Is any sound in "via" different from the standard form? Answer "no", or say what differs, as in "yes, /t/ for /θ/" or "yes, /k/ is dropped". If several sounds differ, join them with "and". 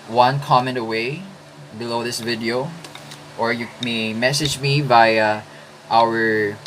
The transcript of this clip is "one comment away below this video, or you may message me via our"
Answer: yes, /b/ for /v/